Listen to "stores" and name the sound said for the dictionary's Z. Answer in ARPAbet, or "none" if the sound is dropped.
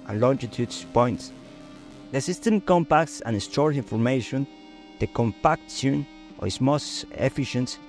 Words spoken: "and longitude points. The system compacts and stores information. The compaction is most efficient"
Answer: none